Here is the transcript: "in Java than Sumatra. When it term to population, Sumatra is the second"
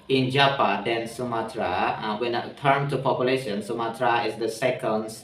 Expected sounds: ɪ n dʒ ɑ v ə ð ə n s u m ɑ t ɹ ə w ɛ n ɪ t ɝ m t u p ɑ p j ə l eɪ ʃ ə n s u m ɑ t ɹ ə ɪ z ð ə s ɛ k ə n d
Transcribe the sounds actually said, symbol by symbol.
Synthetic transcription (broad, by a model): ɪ n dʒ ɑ p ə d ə n s u m ɑ t ɹ ə w ɛ n t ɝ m t u p ɑ p j ə l eɪ ʃ ə n s u m ɑ t ɹ ə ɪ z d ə s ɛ k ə n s